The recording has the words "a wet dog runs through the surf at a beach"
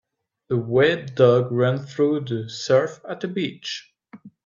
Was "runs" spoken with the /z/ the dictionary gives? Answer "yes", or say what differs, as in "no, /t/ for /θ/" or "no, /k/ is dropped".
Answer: no, /z/ is dropped